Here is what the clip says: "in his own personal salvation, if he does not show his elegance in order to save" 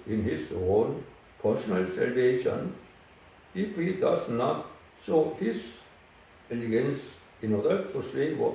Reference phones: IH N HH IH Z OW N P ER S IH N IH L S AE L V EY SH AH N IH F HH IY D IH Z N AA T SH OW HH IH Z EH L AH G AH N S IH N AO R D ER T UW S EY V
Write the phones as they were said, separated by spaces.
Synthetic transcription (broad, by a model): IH N HH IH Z OW N P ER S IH N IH L S AE L V EY SH AH N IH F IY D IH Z N AA T S OW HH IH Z EH L AH G AH N S IH N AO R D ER T UW S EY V